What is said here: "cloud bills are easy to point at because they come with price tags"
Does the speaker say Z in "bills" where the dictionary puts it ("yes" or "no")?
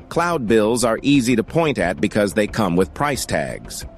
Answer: yes